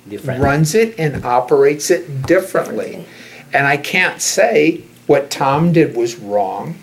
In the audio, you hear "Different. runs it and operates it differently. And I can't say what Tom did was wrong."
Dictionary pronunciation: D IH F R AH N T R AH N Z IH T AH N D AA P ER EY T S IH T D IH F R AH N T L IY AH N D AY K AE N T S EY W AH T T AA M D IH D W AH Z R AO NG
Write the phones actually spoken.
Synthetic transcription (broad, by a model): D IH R R AH N Z IH T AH N AA P ER EY T S IH T D IH F R AH N T L IY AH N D AY K AE N T S EY W AH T T AA M D IH D W AH Z R AO NG